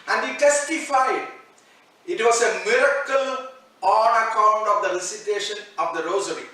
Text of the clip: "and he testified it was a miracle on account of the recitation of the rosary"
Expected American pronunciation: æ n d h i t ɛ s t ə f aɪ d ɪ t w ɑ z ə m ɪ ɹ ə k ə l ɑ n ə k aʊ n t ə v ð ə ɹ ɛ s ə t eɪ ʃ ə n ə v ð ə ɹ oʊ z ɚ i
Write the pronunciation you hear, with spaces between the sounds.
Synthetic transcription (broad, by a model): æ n d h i t ɛ s t ə f aɪ d ɪ t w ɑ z ə m ɪ ɹ ə k ə l ɑ n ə k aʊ n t ə v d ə l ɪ s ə t eɪ ʃ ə n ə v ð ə ɹ oʊ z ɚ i